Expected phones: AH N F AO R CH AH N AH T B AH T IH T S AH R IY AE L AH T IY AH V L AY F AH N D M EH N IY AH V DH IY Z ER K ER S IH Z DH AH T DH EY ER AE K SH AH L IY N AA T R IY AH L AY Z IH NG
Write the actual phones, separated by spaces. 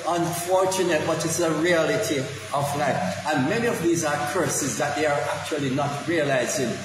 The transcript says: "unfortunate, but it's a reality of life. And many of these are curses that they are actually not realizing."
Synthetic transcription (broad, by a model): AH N F AO R CH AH N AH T B AH T IH T S AH R IY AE L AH T IY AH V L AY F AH N M EH N IY AH V DH IY Z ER K ER S IH Z DH AH T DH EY ER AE K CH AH L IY N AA T R IY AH L AY Z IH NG